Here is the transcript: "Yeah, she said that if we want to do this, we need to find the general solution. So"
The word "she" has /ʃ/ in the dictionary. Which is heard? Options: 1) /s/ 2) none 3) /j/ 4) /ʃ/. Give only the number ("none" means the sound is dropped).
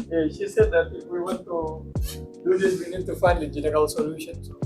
4